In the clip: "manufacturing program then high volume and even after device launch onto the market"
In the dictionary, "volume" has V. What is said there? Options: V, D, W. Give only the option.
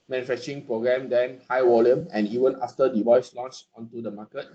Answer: W